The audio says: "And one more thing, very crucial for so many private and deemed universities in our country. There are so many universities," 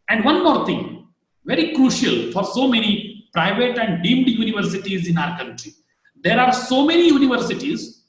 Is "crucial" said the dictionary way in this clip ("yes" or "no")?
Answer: yes